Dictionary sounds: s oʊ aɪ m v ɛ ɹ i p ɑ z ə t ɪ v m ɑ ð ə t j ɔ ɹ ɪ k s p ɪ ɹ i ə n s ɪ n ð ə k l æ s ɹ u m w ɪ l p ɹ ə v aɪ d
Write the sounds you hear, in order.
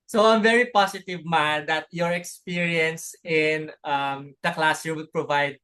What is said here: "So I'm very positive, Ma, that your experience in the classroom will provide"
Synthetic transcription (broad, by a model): s oʊ aɪ m v ɛ ɹ i p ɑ s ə t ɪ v m ɑ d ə t j ɔ ɹ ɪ k s p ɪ ɹ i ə n s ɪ n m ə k l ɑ s u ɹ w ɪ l p ɹ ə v aɪ d